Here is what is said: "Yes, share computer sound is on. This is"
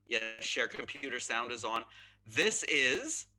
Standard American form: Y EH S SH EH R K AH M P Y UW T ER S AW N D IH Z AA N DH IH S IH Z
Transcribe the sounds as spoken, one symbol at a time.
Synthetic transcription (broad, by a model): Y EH SH EH R K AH M P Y UW T ER S AW N D IH Z N DH IH S IH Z